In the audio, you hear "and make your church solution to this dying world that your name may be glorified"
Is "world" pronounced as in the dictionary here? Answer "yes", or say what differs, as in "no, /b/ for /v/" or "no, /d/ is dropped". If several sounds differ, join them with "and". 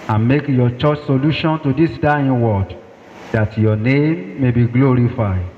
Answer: no, /l/ is dropped